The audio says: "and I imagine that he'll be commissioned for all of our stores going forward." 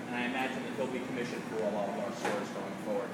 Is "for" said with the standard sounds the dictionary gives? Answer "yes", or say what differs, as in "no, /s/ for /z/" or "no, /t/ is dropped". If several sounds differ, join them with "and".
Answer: no, /l/ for /ɹ/